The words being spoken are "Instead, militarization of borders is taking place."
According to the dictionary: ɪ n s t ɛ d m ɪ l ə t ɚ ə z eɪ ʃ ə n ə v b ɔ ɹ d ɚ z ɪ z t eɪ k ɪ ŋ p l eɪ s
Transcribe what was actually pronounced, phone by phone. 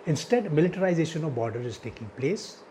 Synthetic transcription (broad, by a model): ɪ n s t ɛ d m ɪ l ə t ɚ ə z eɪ ʃ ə n ə v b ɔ ɹ d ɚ ɪ z t eɪ k ɪ ŋ p l eɪ s